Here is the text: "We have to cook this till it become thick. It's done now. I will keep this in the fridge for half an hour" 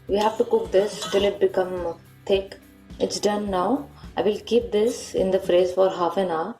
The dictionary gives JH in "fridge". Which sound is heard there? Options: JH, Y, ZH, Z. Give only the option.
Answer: Z